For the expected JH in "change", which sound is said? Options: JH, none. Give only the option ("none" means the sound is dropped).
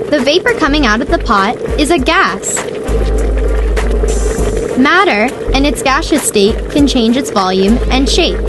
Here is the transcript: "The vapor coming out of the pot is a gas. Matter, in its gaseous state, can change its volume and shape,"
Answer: JH